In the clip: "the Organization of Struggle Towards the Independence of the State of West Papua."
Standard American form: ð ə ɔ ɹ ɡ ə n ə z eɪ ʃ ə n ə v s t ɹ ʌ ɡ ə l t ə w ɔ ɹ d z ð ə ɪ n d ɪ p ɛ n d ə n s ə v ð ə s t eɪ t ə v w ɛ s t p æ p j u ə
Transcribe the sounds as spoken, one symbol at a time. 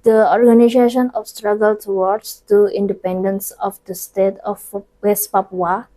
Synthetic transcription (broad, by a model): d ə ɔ ɹ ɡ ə n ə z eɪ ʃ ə n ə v s t ɹ ʌ ɡ ə l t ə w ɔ ɹ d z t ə ɪ n d ɪ p ɛ n d ə n s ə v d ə s t eɪ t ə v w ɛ s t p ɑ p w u